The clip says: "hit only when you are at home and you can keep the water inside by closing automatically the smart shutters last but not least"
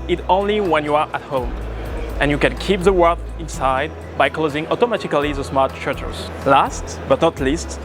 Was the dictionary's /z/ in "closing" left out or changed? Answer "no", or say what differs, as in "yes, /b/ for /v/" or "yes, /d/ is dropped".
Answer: no